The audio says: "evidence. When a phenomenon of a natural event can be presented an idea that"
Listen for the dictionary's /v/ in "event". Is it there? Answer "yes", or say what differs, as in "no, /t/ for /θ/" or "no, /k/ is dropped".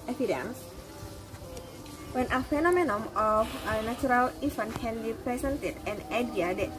no, /f/ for /v/